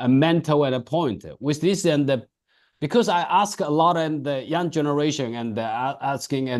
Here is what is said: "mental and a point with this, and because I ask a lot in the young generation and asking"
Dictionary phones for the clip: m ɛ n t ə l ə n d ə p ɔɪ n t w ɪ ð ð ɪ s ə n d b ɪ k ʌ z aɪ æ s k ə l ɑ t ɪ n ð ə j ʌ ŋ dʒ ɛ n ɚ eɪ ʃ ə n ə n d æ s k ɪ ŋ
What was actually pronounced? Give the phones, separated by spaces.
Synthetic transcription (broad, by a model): m ɛ n t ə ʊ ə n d ə p ɔɪ n t w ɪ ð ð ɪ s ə n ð b ɪ k ʌ z aɪ æ s k ə l ɑ t ɪ n ð ə j ʌ ŋ dʒ ɛ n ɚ eɪ ʃ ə n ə n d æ s k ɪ ŋ